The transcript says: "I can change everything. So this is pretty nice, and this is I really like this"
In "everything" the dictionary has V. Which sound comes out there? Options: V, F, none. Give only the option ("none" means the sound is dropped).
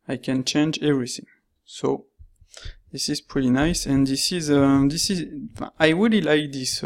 V